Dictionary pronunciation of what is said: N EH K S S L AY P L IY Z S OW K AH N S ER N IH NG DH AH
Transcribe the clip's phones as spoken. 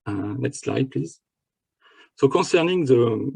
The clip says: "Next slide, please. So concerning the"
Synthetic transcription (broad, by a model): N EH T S S L AY P L IY Z S OW K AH S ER N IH NG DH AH